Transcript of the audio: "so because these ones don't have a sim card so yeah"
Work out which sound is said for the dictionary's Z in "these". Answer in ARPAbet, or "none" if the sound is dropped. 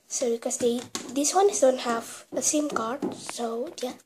S